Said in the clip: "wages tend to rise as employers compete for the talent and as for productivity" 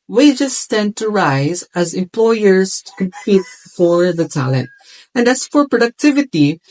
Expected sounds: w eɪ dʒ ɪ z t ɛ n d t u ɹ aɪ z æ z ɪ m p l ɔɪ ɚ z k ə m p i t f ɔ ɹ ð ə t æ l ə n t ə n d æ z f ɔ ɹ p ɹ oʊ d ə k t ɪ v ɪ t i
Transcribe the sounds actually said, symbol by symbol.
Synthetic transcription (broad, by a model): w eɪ dʒ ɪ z t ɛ n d t u ɹ aɪ z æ z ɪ m p l ɔɪ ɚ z k ə m p i t f ɔ ɹ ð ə t æ l ə n t ə n d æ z f ɔ ɹ p ɹ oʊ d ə k t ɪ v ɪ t i